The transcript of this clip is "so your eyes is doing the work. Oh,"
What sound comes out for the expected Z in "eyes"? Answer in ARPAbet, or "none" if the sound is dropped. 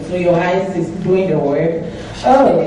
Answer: S